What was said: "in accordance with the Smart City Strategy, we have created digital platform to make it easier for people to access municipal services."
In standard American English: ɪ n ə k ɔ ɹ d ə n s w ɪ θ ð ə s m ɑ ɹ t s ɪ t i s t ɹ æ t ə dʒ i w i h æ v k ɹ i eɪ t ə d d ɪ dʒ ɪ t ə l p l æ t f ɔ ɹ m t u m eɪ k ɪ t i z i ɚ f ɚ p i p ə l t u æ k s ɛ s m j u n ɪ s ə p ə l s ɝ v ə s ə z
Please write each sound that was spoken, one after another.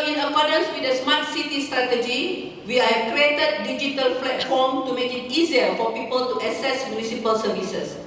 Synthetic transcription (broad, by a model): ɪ n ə k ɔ d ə n s w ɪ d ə s m ɑ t s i t i s t ɹ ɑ t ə dʒ i w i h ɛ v k ɹ i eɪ t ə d d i dʒ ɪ t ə l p l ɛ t f ɔ m t u m eɪ k ɪ t i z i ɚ f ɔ p i p ə l t u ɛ s ɛ s m j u n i s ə p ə l s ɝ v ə s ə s